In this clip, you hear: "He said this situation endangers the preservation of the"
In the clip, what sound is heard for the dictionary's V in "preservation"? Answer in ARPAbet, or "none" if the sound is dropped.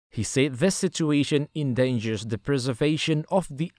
V